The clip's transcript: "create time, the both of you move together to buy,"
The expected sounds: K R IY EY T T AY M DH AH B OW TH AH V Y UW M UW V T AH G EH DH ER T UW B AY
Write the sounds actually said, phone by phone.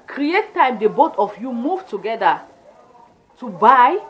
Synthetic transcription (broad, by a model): K R IY EY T T AY M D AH B OW T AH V Y UW M UW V T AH G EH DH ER T UW B AY